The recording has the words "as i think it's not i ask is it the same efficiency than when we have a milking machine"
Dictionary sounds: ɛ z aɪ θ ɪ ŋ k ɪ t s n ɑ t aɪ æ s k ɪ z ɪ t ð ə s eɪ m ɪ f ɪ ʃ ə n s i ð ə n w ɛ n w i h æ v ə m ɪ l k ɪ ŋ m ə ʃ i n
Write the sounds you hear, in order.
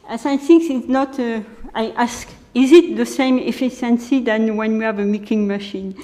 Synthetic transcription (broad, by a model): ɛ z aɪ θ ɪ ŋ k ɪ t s n ɑ t aɪ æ s k ɪ z ɪ t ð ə s eɪ m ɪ f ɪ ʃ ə n s i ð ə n w ɛ n w i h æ v ə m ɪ k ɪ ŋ m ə ʃ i n